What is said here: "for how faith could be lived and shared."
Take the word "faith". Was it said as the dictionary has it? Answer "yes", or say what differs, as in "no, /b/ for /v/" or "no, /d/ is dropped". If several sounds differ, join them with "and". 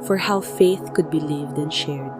yes